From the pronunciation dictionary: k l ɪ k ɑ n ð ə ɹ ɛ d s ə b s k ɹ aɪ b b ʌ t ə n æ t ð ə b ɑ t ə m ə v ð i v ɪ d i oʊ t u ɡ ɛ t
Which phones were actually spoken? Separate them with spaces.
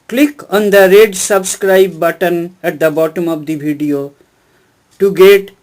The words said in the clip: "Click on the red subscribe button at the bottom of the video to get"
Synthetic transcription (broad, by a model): k l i k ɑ n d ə ɹ ɛ d s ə b s k ɹ aɪ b b ʌ t ə n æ t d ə b ɑ t ə m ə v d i b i d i oʊ t u ɡ ɛ t